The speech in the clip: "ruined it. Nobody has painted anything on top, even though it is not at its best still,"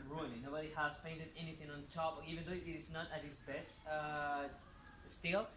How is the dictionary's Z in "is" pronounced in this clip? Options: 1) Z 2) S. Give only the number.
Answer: 2